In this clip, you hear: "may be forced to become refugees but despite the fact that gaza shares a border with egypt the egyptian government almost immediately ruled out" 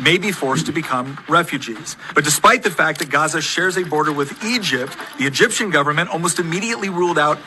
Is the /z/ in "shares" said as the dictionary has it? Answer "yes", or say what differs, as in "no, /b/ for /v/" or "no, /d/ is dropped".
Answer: yes